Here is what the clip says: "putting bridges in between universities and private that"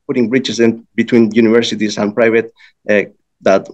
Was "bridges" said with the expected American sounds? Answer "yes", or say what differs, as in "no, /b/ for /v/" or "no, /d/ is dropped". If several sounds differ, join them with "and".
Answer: no, /tʃ/ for /dʒ/